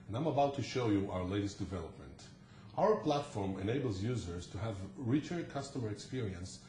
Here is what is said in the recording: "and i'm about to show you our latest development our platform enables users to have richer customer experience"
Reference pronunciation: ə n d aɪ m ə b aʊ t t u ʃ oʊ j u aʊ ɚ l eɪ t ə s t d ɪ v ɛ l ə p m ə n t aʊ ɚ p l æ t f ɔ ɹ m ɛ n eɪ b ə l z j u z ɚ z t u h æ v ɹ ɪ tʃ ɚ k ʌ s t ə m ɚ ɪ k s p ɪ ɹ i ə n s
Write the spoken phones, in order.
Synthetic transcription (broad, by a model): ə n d aɪ m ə b aʊ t t u ʃ oʊ j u aʊ ɚ l eɪ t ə s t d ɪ v ɛ l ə p m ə n t aʊ ɚ p l æ t f ɔ ɹ m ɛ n eɪ b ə l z j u z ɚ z t u h æ v ɹ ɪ tʃ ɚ k ʌ s t ə m ɚ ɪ k s p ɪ ɹ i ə n s